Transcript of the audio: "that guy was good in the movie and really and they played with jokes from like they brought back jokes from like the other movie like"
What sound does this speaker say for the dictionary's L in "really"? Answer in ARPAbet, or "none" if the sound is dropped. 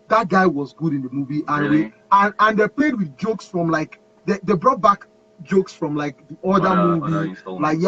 none